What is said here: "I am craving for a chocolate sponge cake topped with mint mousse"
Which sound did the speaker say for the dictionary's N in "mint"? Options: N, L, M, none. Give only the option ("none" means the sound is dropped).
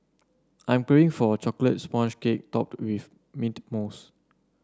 none